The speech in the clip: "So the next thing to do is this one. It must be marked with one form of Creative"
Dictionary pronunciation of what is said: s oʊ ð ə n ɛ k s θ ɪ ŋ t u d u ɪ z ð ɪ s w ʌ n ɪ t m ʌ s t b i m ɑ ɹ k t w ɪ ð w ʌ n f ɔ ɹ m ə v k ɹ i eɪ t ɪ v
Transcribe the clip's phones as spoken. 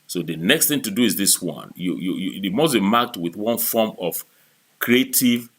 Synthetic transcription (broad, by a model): s oʊ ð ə n ɛ k s θ ɪ ŋ t u d u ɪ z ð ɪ s w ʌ n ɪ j m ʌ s b i m ɑ k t w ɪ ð w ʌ n f ɔ m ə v k ɹ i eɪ t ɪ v